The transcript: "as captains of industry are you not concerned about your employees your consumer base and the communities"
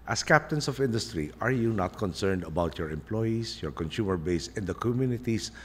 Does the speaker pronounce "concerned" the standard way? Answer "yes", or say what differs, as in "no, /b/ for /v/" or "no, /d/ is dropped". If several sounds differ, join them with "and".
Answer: yes